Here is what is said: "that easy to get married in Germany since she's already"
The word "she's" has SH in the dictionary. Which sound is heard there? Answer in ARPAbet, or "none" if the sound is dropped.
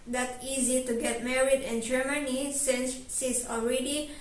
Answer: S